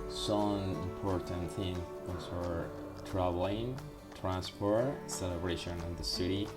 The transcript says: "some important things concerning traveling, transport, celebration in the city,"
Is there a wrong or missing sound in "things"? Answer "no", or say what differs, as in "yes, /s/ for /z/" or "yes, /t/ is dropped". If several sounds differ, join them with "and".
yes, /z/ is dropped